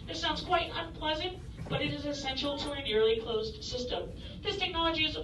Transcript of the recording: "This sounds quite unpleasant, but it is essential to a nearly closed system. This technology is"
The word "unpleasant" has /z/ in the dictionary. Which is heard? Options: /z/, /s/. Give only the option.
/z/